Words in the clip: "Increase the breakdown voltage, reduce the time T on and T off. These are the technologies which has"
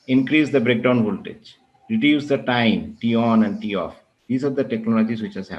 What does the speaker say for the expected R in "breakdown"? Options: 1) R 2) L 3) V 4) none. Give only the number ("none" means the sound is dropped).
1